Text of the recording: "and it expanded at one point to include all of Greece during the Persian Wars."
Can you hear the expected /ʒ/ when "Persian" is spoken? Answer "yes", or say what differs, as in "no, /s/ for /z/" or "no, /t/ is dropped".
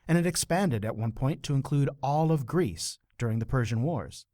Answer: yes